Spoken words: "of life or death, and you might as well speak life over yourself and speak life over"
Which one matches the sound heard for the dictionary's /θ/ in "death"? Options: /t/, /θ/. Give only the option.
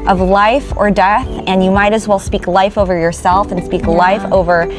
/θ/